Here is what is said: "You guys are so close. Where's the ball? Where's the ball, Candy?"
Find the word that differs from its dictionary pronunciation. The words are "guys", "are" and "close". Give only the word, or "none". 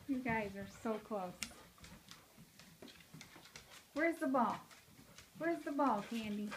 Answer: none